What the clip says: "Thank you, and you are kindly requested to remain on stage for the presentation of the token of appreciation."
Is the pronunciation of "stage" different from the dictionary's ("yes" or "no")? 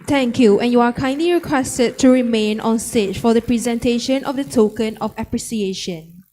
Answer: yes